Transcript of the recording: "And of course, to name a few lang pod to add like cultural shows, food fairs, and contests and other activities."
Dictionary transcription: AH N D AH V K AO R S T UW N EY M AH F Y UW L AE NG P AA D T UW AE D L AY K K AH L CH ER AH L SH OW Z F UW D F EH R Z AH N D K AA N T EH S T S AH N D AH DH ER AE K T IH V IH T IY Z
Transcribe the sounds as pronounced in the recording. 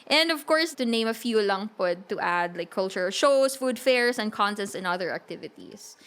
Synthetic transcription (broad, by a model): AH N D AH V K AO R S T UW N EY M AH F Y UW L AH NG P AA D T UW AE D L AY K K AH L CH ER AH L SH OW S F UW D F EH R S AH N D K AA N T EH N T S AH N AH DH ER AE K T IH V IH T IY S